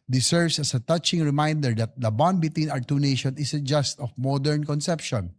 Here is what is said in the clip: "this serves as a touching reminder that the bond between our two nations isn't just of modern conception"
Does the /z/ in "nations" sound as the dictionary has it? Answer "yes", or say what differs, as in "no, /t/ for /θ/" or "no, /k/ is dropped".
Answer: no, /z/ is dropped